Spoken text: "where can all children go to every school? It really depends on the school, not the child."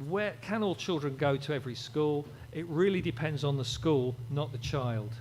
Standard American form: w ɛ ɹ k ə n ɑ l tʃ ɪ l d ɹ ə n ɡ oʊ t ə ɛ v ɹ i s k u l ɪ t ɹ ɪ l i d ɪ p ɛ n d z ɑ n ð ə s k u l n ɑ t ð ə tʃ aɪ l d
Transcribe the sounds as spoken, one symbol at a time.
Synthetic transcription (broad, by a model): w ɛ k ə n ɑ l tʃ ɪ l d ɹ ə n ɡ oʊ t ə ɛ v ɹ i s k u l ɪ t ɹ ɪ l i d ɪ p ɛ n d z n ð ə s k u l n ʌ t ð ə tʃ aɪ l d